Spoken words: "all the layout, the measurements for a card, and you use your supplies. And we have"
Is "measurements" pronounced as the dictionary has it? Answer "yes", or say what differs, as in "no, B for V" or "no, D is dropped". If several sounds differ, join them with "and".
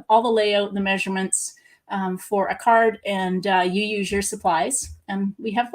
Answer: yes